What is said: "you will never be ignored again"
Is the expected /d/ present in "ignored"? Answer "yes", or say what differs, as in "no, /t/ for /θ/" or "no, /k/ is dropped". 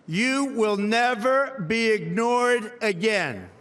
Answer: yes